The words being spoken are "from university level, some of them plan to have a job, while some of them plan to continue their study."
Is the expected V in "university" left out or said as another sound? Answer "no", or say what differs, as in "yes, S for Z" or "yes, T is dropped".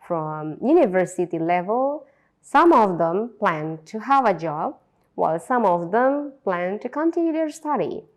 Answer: no